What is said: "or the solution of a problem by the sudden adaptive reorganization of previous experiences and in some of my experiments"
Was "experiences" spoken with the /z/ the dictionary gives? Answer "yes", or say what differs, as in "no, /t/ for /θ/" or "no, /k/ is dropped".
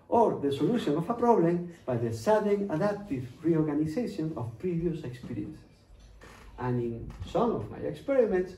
no, /s/ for /z/